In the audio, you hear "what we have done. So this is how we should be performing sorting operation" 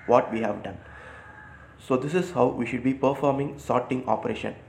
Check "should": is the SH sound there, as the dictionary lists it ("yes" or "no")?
yes